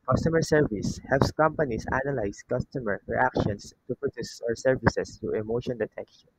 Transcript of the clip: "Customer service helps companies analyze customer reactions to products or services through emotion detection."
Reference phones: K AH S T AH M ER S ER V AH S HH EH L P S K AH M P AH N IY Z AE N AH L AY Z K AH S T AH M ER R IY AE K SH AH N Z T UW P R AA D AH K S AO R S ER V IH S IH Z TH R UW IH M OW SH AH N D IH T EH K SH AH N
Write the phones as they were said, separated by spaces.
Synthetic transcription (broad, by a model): K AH S T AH M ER S ER V AH S HH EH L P S K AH M P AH N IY S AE N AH L AY S K AH S T AH M ER R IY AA K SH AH N S T UW P R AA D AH S AO R S ER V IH S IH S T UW IH M OW SH AH N D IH T EH K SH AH N